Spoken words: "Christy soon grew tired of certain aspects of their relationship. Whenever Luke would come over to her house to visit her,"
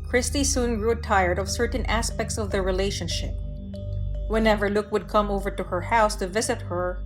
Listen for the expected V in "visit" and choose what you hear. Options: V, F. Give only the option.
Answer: V